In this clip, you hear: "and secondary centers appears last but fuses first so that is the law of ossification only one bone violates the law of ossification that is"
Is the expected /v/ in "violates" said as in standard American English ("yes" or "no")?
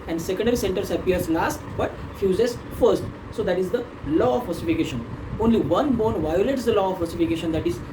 yes